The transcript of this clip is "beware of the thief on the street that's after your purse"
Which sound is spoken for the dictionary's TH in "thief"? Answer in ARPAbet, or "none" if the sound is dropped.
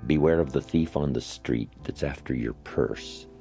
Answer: TH